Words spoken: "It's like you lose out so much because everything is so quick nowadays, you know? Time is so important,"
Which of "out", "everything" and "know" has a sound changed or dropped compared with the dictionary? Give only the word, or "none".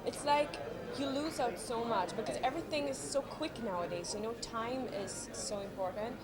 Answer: none